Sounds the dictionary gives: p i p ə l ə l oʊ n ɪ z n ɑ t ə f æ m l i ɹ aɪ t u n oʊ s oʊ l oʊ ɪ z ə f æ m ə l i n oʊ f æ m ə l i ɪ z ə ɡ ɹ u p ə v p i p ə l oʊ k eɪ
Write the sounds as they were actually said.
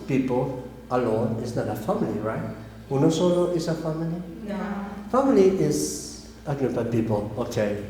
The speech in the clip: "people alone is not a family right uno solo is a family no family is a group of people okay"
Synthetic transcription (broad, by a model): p i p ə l ə l oʊ n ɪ s n ɑ t ə f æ m l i ɹ aɪ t u n oʊ s oʊ l oʊ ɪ s ə f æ m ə l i f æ m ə l i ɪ s ə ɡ u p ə p i p ə l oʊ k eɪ